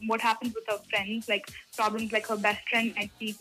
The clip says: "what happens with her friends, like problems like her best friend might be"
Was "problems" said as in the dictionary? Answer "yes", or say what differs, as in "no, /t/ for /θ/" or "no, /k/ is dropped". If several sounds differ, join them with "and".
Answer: yes